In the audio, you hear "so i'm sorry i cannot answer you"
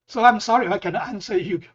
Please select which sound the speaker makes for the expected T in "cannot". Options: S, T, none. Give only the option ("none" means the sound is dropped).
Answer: none